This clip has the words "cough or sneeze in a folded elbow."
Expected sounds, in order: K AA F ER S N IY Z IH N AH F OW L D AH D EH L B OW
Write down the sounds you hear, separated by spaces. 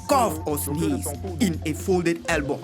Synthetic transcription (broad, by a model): K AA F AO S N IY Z IH N AH F OW L D AH D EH L B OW